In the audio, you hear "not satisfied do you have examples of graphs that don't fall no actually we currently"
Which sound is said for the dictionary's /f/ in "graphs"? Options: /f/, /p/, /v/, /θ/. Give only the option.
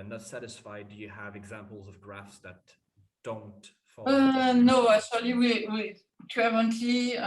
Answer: /f/